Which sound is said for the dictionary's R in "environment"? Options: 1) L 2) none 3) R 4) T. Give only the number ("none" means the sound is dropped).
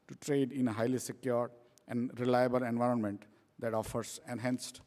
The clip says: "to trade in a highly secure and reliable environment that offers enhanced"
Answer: 3